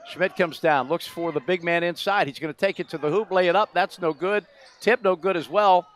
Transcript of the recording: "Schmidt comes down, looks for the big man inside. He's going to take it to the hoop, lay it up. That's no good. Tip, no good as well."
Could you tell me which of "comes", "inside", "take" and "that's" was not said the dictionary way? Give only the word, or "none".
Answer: none